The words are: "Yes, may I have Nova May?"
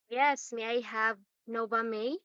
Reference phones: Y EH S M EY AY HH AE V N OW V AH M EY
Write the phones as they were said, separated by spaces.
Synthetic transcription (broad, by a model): Y EH S M EY AY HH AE V N OW B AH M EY